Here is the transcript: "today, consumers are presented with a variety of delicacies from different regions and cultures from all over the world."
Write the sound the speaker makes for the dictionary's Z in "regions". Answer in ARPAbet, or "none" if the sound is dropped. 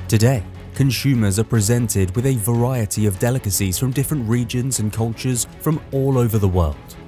Z